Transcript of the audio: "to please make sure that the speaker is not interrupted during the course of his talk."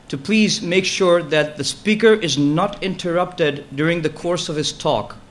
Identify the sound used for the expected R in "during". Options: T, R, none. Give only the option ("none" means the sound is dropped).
R